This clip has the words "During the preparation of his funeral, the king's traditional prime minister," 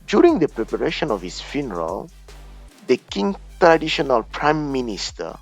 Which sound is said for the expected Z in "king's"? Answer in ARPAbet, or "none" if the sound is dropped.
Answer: none